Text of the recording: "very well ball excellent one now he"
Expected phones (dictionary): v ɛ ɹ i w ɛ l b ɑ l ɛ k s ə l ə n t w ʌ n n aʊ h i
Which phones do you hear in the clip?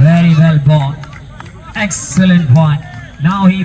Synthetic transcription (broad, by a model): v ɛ ɹ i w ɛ l b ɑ n ɛ k s ə l ə n t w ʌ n n aʊ h i